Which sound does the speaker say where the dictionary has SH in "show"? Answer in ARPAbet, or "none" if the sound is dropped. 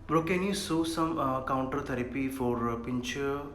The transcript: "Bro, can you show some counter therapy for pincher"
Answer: S